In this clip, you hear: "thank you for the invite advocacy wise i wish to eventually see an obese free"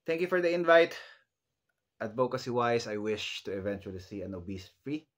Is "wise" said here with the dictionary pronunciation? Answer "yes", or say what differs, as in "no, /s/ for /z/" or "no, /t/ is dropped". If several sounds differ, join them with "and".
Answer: no, /s/ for /z/